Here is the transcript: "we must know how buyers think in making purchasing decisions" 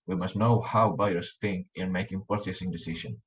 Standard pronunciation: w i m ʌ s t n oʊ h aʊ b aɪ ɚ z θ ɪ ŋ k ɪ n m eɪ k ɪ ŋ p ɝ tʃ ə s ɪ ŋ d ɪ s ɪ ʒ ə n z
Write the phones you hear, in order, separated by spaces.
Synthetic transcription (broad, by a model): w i m ʌ s t n oʊ h aʊ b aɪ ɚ s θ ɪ ŋ k ɪ n m eɪ k ɪ ŋ p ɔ s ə s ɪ ŋ d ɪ s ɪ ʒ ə n